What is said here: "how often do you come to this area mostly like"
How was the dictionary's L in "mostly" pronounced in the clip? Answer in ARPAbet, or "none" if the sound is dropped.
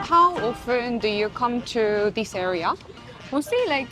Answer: none